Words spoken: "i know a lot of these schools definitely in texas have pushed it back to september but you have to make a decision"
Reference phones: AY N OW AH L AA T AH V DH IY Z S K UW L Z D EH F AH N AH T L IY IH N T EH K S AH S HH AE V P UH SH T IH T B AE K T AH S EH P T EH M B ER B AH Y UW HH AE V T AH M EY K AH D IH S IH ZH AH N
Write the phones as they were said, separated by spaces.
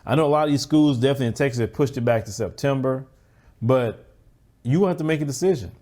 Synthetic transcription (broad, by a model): AY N OW AH L AA T AH V DH IY Z S K UW L Z D EH F AH N AH T L IY IH N T EH K S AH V P UH SH T IH T B AE K T AH S EH P T EH M B ER B AH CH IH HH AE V T AH M EY K AH D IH S IH ZH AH N